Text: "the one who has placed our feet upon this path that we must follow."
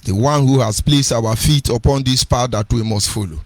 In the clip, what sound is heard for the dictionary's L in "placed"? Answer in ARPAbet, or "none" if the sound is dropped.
L